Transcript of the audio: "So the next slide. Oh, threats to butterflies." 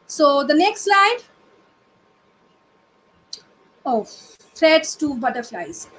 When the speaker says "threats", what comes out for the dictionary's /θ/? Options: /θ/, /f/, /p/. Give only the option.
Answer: /f/